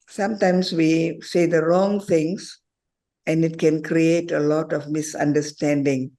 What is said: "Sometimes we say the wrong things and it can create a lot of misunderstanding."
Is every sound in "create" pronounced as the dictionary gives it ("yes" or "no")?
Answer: yes